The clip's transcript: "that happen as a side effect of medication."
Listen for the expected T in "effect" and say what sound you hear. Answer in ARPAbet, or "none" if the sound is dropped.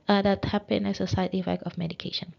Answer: none